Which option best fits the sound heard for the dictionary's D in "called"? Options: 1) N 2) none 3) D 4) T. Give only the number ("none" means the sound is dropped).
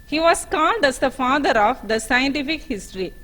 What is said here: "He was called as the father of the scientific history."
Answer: 3